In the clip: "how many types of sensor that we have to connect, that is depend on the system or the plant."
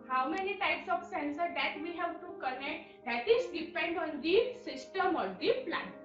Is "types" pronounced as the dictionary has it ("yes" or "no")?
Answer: yes